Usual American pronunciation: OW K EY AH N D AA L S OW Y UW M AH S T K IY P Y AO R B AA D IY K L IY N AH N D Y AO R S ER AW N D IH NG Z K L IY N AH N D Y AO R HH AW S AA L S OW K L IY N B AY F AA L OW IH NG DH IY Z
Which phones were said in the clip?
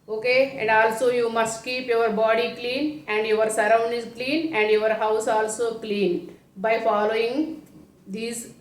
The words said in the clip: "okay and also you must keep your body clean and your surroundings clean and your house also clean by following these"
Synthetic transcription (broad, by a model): OW K EY AH N D AA L S OW Y UW M AH S T K IY P Y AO R B AA D IY K L IY N AH N D Y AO R S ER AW N D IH Z K L IY N AH N D Y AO R HH AW S AA L S OW K L IY N B AY F AA L OW IH NG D IY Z